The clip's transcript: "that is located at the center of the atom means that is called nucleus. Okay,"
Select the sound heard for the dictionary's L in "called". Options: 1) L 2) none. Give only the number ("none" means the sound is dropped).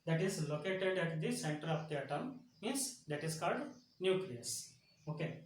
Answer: 1